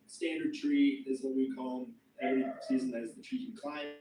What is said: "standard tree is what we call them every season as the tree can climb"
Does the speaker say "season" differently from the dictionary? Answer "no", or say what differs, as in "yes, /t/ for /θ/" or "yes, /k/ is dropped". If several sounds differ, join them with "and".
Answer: no